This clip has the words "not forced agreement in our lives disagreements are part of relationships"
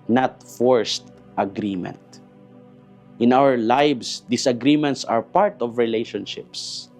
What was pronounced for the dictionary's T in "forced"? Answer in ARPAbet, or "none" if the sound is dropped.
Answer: T